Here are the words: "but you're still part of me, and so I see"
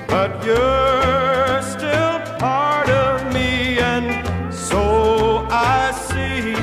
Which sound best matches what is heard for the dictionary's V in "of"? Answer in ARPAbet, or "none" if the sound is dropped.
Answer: V